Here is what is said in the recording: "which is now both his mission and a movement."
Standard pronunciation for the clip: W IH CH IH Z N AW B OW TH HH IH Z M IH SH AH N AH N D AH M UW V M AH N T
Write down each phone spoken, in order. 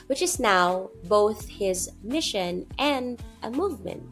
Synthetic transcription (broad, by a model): W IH CH IH Z N AW B OW TH HH IH Z M IH SH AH N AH N D AH M UW V M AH N T